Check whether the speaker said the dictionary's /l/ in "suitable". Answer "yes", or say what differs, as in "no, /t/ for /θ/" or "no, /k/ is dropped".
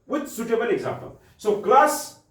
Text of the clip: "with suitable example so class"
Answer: no, /n/ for /l/